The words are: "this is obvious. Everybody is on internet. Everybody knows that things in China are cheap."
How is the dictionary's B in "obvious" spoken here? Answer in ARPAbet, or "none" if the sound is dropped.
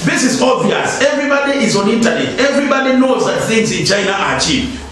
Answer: none